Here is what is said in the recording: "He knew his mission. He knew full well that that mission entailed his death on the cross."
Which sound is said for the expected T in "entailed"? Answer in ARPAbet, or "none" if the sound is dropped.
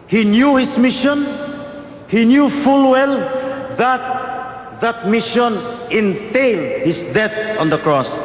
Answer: T